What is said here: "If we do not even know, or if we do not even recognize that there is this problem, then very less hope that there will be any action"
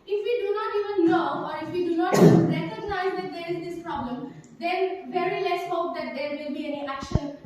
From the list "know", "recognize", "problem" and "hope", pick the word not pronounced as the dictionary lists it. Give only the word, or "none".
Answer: know